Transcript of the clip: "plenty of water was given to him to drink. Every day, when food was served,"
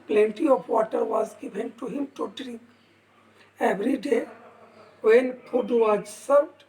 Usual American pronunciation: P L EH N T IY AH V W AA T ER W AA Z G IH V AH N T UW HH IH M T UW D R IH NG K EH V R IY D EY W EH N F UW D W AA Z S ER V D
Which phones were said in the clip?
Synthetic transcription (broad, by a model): P L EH N T IY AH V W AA T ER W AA Z G IH V AH N T UW HH IH M T UW D R IH NG K EH V R IY D EY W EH N P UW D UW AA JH S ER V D